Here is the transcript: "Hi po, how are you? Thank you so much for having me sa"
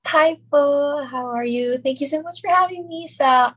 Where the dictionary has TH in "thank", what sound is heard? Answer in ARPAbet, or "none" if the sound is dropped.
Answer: TH